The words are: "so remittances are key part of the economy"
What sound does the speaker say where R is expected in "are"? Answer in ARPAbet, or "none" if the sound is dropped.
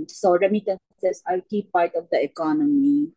L